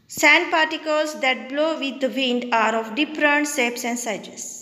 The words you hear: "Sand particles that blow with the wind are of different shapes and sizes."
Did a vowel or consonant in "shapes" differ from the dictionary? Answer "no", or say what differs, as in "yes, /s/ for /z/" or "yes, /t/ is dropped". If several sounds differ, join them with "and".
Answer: yes, /s/ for /ʃ/